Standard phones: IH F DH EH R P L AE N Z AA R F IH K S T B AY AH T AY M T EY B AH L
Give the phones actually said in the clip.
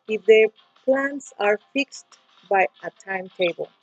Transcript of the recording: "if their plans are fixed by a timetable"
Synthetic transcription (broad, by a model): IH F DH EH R P L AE N S AA R F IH K S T B AY AH T AY M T EY B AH L